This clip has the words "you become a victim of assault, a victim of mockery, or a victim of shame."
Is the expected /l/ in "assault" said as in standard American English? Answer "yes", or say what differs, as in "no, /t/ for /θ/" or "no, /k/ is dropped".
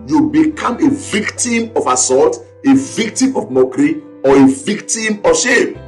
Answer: no, /l/ is dropped